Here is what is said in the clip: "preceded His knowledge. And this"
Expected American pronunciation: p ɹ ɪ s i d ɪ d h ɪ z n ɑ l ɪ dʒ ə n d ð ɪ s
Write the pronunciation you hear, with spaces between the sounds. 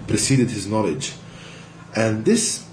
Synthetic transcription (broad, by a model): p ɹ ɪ s i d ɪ d h ɪ z n ɑ l ɪ dʒ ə n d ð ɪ s